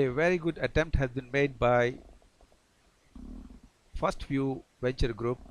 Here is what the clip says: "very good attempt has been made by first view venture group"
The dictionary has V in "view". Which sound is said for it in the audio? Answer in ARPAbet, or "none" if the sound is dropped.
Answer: F